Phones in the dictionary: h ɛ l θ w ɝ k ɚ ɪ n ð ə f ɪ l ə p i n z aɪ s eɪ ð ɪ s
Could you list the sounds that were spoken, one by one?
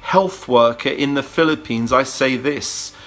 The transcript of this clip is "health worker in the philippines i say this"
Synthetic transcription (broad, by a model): h ɛ l θ w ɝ k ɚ ɪ n ð ə f ɪ l ə p i n z aɪ s eɪ ð ɪ s